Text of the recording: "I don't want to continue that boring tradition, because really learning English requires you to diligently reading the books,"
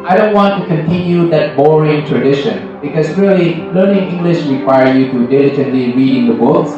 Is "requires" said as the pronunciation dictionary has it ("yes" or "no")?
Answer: no